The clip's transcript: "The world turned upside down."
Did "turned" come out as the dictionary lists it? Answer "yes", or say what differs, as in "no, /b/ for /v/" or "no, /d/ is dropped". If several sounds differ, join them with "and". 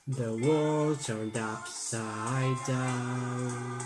yes